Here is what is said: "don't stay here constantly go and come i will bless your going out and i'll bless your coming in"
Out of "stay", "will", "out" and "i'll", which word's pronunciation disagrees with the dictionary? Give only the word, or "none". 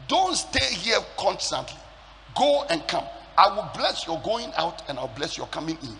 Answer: i'll